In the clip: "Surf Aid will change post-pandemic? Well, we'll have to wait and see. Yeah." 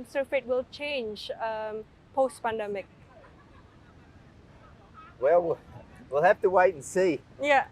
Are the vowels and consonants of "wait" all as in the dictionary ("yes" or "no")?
no